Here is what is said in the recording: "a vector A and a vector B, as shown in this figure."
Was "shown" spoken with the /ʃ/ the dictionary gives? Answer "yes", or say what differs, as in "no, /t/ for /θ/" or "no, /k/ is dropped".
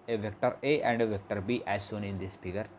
no, /s/ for /ʃ/